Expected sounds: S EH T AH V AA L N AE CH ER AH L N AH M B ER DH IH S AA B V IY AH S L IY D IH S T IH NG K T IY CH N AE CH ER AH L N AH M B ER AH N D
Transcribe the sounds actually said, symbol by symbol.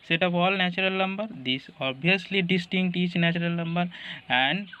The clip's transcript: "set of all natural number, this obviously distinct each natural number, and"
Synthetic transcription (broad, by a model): S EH T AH P AA L N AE CH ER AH L N AH M B ER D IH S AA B IY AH S L IY D IH S T IH NG K T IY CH N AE CH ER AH L N AH M B ER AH N D